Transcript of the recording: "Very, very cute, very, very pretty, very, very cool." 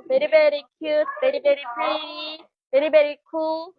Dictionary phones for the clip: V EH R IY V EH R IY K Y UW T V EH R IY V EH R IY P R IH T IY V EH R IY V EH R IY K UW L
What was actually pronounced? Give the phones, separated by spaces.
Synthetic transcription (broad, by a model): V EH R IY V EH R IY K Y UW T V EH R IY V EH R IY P AA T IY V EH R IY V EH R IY K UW L